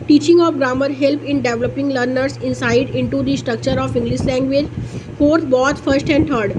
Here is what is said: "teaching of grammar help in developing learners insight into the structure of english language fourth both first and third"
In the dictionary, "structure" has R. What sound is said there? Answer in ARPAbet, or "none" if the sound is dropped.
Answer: R